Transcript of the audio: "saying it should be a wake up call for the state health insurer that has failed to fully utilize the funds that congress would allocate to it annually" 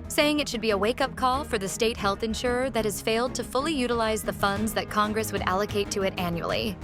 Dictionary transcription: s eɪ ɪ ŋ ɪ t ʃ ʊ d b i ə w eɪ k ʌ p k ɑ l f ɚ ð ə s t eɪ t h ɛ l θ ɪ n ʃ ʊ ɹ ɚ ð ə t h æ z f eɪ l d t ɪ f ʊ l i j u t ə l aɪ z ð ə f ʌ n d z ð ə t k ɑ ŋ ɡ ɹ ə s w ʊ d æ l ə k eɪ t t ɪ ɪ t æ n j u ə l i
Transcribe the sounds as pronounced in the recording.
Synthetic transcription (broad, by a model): s eɪ ɪ ŋ ɪ t ʃ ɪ d b i ə w eɪ k ʌ p k ɑ l f ɚ ð ə s t eɪ t h ɛ l θ ɪ n ʃ ʊ ɹ ɚ ð ə t h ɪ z f eɪ l d t ɪ f ʊ l i j u t ə l aɪ z ð ə f ʌ n d z ð ə t k ɑ ŋ ɡ ɹ ə s w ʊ d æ l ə k eɪ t t ɪ ɪ t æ n j u l i